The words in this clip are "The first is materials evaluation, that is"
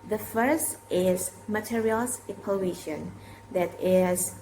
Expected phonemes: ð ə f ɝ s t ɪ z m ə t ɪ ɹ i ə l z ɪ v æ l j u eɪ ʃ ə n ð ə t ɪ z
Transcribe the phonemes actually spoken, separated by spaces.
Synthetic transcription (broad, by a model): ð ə f ɝ s t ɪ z m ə t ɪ ɹ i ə l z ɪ p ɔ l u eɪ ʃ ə n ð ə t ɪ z